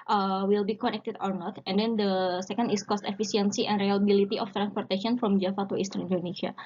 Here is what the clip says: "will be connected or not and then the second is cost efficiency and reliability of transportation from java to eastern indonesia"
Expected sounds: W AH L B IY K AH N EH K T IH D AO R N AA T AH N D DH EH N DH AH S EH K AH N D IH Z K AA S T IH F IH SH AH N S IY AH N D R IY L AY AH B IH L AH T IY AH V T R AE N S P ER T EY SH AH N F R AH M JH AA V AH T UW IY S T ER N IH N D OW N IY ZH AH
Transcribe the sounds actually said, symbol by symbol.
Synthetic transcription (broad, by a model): W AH L B IY K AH N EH K T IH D AO R N AA T AH N D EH N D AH S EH K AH N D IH S K AA S T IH F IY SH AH N S IY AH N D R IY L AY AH B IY L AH T IY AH F T R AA N S P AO T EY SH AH N F R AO M JH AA F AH T UW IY S T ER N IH N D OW N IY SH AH